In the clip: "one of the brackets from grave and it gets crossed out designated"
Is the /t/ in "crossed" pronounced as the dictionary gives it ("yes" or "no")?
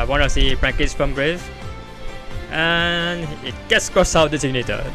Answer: no